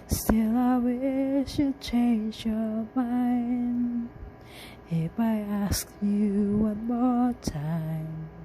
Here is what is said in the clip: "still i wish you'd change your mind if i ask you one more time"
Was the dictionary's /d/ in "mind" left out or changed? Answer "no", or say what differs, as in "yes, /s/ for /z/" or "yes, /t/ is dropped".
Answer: yes, /d/ is dropped